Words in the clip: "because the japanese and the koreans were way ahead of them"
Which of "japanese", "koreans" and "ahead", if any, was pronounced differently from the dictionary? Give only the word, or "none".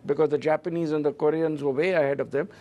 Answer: none